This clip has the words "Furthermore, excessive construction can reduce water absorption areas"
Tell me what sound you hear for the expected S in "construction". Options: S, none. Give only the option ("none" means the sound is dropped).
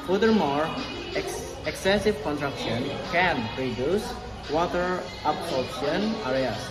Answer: none